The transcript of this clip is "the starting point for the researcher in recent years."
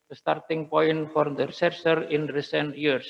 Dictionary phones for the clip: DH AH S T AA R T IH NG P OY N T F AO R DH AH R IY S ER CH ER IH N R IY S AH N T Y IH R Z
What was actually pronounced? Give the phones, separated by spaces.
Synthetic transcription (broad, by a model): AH S T AA R T IH NG P OY N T F AO R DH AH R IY S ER S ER IH N R IY S AH N T Y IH R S